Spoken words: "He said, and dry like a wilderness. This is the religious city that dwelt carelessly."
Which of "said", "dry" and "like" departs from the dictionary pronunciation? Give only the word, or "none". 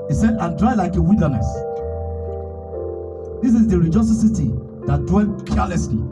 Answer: none